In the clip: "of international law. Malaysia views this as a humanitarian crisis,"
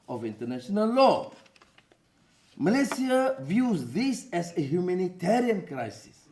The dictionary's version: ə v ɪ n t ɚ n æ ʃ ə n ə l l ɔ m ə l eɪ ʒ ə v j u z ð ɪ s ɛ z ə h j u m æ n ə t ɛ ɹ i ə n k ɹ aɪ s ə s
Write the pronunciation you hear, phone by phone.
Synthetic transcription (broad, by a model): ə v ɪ n t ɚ n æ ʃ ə n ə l l ɔ m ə l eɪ s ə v j u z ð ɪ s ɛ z ə h j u m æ n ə t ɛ ɹ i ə n k ɹ aɪ s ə s